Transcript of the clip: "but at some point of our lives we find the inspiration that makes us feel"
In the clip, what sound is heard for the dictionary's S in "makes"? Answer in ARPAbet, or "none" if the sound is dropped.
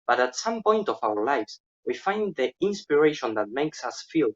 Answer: S